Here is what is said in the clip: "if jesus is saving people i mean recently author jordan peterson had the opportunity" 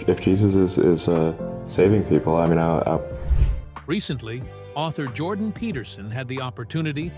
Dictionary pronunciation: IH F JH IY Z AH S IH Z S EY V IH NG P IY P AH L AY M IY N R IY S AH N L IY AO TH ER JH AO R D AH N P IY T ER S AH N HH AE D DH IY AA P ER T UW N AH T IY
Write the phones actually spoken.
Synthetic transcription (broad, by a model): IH F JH IY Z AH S IH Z S EY V IH NG P IY P L AY M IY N R IY S AH N L IY AO TH ER JH AO R D N P IY T ER S AH N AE D DH IY AA P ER T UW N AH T IY